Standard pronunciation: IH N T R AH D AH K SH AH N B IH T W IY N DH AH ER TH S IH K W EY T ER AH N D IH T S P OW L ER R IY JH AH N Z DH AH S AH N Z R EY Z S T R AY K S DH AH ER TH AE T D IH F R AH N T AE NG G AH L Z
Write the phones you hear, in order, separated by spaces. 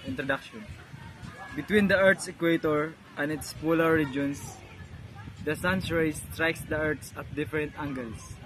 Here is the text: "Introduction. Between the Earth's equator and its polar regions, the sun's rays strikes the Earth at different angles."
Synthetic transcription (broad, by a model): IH N T R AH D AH K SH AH N B IH T W IY N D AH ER T S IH K W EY T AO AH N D IH T S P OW L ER R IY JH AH N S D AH S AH N S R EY S T R AY K S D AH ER S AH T D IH F R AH N T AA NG G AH L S